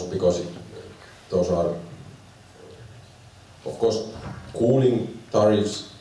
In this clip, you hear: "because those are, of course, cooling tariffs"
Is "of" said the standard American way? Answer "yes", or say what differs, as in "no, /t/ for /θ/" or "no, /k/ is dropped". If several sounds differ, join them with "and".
no, /f/ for /v/